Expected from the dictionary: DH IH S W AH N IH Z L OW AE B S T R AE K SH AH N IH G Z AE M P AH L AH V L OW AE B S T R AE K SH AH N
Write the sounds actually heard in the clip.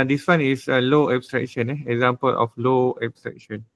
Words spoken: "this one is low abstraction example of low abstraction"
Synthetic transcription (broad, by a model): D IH S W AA N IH S L OW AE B S T R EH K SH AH N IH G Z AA M P AH L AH F L OW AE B S T R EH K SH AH N